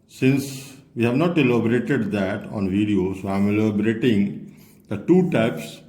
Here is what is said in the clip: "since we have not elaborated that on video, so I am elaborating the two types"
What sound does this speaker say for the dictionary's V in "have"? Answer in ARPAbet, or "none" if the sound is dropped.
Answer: V